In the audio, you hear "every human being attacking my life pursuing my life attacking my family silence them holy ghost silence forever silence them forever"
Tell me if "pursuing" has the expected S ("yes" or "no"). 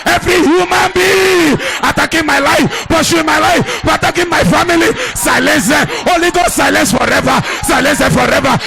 no